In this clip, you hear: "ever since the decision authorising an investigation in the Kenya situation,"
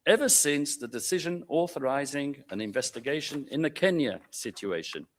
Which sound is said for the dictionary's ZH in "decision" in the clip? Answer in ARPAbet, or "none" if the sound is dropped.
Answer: ZH